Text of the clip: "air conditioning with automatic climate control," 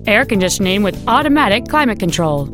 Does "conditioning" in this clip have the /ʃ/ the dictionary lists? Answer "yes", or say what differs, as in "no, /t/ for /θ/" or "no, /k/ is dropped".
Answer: no, /s/ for /ʃ/